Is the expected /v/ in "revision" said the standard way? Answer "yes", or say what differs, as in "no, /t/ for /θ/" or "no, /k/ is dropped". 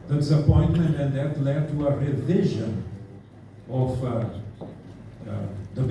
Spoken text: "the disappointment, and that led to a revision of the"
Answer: yes